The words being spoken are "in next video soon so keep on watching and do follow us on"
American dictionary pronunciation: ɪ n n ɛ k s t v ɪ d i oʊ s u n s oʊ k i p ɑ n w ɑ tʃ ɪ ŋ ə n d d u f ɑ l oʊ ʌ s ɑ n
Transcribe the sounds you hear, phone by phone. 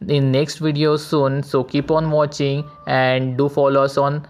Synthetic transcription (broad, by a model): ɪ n n ɛ k s t v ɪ d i oʊ s u n s oʊ k i p ɑ n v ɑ tʃ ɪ ŋ ə n d d u f ɑ l oʊ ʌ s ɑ n